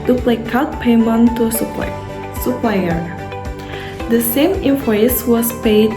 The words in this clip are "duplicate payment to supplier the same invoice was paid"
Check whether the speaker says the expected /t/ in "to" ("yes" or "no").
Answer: no